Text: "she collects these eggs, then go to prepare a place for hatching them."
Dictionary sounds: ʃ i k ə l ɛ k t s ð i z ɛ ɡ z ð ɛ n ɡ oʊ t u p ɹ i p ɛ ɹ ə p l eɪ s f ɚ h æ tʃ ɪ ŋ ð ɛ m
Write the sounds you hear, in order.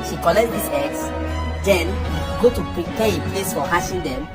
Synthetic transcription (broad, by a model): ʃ i k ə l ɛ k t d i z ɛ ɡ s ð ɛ n ɡ oʊ t u p ɹ i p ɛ ə p l eɪ s f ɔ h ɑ ʃ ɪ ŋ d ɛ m